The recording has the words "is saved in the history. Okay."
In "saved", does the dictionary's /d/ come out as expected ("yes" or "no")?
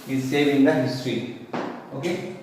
no